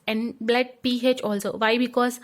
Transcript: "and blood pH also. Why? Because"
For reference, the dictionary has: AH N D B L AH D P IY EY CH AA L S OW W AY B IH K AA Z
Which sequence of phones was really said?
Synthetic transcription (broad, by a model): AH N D B L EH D P IY EY CH AA L S OW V AY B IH K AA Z